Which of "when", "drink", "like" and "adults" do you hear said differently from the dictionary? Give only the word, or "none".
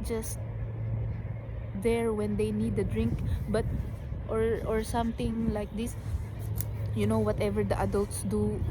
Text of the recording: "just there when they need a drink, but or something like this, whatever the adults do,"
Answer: none